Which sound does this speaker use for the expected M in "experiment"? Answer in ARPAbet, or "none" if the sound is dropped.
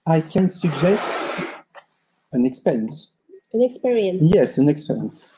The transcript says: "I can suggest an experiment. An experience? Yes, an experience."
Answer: none